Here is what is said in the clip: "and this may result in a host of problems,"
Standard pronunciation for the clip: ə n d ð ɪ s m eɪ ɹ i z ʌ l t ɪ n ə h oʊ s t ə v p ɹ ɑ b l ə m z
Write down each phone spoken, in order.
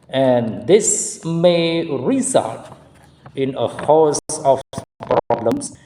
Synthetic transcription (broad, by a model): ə n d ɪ s m eɪ ɹ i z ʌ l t ɪ n ə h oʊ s ə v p ɹ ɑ b l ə m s